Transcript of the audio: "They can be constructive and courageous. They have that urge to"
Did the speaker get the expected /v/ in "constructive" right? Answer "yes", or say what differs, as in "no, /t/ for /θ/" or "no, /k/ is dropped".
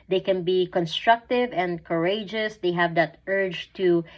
yes